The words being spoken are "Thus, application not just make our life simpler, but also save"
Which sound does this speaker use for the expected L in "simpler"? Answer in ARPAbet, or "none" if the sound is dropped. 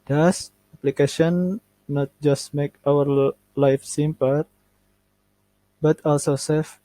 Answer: none